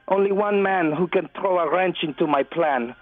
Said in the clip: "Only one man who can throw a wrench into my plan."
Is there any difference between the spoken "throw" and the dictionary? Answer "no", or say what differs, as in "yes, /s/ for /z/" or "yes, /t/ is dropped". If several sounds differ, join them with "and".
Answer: no